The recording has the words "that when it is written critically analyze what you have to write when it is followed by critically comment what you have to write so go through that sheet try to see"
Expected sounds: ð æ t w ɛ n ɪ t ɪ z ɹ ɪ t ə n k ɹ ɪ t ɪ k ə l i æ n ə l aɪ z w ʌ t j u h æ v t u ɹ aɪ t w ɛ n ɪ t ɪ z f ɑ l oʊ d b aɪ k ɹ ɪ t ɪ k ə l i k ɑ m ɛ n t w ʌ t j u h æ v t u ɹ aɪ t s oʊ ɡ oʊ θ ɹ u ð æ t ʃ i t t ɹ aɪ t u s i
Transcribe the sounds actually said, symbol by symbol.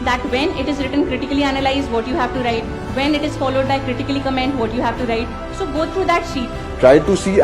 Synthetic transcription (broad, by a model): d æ t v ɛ n ɪ t ɪ z ɹ ɪ t ə n k ɹ ɪ t ɪ k ə l i æ n ə l aɪ z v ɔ t j u h æ v t u ɹ aɪ t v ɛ n ɪ t ɪ z f ɑ l oʊ d b aɪ k ɹ ɪ t ɪ k ə l i k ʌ m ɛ n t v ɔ t j u h æ v t u ɹ aɪ t s oʊ ɡ oʊ t ɹ u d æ t ʃ i t t ɹ aɪ t u s i